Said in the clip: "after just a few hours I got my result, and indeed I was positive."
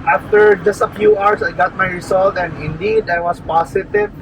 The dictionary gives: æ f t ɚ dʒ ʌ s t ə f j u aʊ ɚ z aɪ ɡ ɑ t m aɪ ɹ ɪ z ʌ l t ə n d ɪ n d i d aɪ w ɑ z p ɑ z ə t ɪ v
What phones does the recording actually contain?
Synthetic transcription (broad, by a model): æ f t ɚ dʒ ʌ s t ə f j u aʊ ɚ s aɪ ɡ ɑ t m aɪ ɹ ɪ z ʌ l t ə n d ɪ n d i d aɪ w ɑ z p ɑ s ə t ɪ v